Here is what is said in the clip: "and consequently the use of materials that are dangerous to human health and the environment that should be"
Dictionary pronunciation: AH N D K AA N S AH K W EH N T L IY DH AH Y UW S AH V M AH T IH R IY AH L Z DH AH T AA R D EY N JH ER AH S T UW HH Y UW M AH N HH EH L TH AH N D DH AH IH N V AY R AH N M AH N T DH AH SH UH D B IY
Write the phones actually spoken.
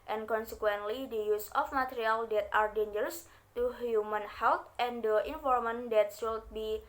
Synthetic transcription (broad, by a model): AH N K AA N S AH K W EH N T L IY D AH Y UW S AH F M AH T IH R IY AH L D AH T AA R D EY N JH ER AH S T UW HH Y UW M AH N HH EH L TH AH N D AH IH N F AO R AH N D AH T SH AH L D B IY